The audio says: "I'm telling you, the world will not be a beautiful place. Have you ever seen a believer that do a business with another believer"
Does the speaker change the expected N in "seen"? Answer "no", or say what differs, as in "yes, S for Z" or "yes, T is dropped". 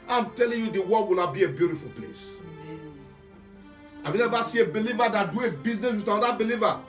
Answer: yes, N is dropped